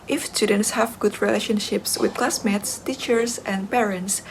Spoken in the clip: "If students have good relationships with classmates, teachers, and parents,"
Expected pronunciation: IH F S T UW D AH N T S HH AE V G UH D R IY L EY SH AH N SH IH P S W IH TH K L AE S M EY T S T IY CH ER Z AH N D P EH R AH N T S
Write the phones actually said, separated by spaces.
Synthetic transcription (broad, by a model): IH F S T UW D AH N T S HH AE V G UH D R IY L EY SH AH N SH IH P S W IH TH K L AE S M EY T S T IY CH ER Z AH N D P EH R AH N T S